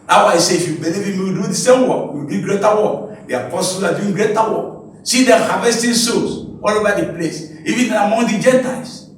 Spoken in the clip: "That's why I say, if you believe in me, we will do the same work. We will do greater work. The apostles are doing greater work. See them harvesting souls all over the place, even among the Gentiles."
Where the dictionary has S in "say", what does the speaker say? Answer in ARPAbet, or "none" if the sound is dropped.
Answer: S